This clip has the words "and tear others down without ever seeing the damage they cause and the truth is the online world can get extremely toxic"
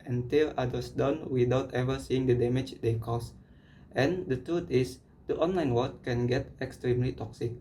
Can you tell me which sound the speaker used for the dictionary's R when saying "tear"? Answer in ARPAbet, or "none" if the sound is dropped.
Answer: L